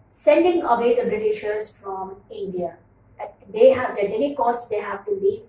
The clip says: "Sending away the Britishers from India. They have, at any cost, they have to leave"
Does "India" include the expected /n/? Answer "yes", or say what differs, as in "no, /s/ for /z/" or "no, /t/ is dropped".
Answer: yes